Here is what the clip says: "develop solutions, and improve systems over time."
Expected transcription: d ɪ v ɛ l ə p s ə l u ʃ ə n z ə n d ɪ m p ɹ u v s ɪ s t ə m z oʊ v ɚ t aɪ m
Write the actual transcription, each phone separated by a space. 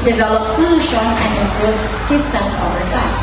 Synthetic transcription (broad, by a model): d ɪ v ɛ l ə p s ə l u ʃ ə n ə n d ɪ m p ɹ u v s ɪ s t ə m s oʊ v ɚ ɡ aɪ